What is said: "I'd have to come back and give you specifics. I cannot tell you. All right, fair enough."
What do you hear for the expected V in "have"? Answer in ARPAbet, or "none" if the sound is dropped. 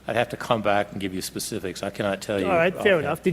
F